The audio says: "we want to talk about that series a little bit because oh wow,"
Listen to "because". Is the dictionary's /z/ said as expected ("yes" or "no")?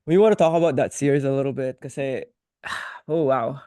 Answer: no